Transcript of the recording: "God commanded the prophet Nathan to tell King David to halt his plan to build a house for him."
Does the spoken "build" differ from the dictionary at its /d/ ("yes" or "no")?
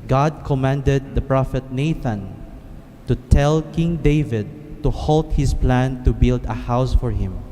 no